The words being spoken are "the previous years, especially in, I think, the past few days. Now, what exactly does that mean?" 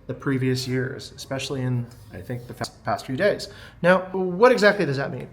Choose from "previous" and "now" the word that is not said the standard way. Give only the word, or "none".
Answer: none